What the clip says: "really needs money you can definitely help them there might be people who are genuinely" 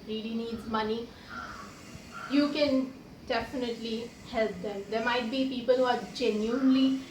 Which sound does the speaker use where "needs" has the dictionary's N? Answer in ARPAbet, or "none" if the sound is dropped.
N